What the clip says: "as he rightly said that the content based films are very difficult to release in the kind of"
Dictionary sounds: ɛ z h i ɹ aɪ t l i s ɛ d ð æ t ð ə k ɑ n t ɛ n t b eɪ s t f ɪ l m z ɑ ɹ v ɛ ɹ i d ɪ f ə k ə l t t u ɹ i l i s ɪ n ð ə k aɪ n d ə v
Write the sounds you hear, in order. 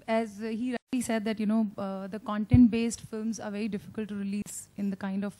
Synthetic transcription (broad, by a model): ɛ z h i ɹ aɪ t l i s ɛ d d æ t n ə k ɑ n t ɛ n t b eɪ s t f ɪ l m z ɑ ɹ v ɛ ɹ i d ɪ f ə k ə l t t u ɹ i l i s ɪ n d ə k aɪ n d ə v